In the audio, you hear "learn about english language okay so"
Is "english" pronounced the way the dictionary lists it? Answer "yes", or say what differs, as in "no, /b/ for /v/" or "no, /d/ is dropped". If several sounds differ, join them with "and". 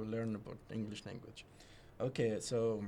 yes